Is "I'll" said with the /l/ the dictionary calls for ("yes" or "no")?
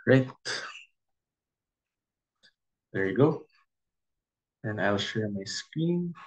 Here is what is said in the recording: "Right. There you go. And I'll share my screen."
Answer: yes